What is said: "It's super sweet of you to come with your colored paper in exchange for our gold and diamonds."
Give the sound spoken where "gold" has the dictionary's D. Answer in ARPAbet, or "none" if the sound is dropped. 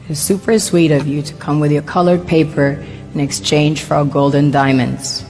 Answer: D